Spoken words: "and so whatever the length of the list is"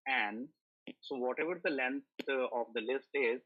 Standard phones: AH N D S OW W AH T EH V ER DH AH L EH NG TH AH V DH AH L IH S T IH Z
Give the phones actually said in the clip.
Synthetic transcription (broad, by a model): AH N D S OW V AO T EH V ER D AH L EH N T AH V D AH L IH S T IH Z